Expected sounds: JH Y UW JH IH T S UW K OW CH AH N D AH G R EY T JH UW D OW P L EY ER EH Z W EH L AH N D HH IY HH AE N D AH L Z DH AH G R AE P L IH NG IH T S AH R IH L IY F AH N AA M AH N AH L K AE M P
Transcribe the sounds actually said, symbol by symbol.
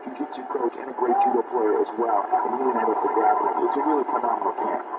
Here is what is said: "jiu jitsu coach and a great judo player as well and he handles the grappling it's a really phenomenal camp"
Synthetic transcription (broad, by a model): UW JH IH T UW K OW CH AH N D AH G R EY T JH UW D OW P L EY ER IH Z W EH L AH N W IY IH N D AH Z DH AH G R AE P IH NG IH T S AH R IH L IY F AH N AA M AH N L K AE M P